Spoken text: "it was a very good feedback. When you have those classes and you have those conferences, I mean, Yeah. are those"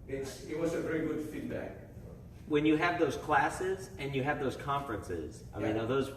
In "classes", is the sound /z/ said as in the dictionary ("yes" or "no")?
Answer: yes